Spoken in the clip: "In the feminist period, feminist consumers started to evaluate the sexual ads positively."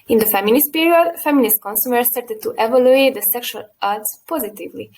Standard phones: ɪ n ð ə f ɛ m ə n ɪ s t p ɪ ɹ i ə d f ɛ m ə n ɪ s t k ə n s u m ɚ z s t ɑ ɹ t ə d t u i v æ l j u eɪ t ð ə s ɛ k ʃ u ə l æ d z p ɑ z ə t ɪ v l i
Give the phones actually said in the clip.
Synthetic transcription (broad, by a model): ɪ n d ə f ɛ m ə n ɪ s t p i ɹ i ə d f ɛ m ə n ɪ s t k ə n s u m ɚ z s t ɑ ɹ t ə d t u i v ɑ l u eɪ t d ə s ɛ k ʃ u ə l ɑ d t p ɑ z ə t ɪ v l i